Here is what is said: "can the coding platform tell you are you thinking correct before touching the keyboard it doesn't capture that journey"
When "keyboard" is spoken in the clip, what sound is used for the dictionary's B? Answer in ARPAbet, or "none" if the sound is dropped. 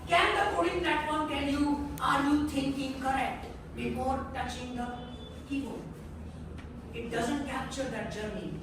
none